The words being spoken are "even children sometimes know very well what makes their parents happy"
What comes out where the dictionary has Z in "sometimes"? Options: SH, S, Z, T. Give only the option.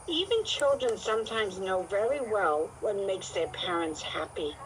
Z